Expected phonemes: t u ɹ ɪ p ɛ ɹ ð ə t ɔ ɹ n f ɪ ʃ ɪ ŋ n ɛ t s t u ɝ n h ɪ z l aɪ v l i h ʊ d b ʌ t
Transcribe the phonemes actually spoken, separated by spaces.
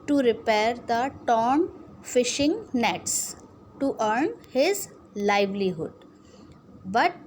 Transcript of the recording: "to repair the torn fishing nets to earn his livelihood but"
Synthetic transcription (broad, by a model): t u ɹ ɪ p ɛ ɹ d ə t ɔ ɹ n f ɪ ʃ ɪ ŋ n ɛ t s t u ɝ n h ɪ z l aɪ v l i h ʊ d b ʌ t